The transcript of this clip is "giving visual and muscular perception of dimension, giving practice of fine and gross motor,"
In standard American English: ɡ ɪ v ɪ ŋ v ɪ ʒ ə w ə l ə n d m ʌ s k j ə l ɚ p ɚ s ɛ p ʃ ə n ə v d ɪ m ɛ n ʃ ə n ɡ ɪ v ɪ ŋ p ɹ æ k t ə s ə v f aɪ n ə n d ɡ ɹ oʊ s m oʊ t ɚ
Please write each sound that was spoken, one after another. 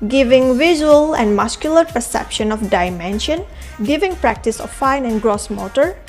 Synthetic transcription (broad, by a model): ɡ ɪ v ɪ ŋ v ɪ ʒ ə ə l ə n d m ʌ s k j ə l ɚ p ɚ s ɛ p ʃ ə n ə f d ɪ m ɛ n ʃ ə n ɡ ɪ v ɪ ŋ p ɹ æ k t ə s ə f f aɪ n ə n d ɡ ɹ oʊ s m oʊ t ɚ